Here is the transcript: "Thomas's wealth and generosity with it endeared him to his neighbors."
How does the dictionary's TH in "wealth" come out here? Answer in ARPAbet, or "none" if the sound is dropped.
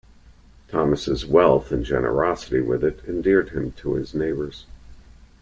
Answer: TH